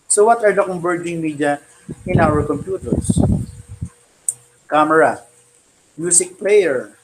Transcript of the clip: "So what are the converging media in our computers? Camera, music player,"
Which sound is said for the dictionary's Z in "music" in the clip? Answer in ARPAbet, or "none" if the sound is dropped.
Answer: S